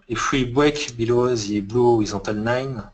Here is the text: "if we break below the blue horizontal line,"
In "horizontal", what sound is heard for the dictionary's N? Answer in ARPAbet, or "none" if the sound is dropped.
none